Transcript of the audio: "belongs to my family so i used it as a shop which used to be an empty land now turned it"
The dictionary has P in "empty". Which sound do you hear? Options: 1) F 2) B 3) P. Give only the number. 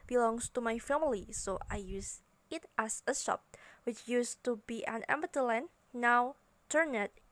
2